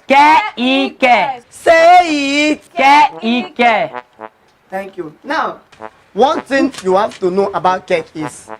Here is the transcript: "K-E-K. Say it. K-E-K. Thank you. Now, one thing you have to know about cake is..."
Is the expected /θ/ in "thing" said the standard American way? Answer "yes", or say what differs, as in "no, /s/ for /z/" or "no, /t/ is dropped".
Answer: no, /t/ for /θ/